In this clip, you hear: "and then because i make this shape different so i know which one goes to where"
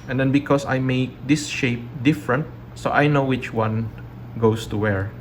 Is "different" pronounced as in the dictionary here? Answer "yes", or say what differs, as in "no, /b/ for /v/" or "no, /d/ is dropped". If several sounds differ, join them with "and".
yes